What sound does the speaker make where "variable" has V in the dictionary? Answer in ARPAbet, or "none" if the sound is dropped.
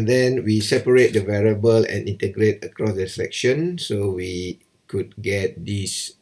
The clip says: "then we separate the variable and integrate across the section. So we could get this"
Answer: V